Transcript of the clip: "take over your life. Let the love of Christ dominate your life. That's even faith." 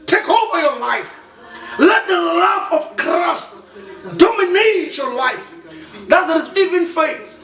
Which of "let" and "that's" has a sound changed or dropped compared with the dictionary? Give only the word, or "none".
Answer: that's